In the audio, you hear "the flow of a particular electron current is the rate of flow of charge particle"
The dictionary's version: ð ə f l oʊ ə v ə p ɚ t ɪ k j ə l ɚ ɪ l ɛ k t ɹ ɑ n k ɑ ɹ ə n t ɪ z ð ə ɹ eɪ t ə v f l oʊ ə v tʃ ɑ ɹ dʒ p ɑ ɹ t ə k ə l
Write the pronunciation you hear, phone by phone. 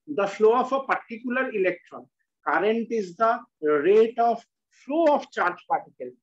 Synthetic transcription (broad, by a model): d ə f l oʊ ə f ə p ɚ t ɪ k j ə l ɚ ɪ l ɛ k t ɹ ɑ n k ɑ ɹ ə n t ɪ z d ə ɹ eɪ t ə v f l oʊ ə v tʃ ɑ ɹ dʒ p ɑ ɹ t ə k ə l